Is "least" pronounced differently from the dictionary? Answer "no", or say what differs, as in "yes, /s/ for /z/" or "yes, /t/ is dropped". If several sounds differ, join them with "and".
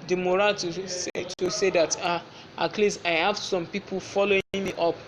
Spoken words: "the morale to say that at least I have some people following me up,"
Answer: yes, /t/ is dropped